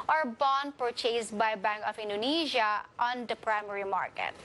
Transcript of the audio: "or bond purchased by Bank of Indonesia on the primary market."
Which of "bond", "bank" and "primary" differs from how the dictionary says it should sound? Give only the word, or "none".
none